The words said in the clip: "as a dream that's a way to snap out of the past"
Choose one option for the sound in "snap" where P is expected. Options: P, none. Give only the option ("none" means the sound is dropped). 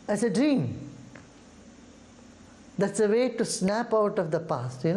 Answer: P